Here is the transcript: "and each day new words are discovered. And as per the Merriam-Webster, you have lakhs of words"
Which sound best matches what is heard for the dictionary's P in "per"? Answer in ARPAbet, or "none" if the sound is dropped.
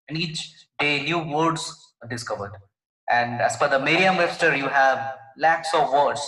F